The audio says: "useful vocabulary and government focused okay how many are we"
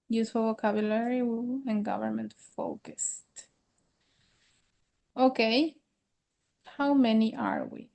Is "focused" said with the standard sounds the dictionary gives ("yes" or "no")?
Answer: yes